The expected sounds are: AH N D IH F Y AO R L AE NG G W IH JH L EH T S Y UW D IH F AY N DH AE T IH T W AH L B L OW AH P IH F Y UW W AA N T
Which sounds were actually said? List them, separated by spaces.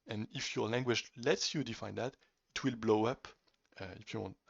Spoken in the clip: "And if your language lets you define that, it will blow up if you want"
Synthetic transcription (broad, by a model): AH N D IH F Y AO R L AE NG G W IH JH L EH T S Y UW D IH F AY N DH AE T IH T W AH L B L OW AH P IH F Y UW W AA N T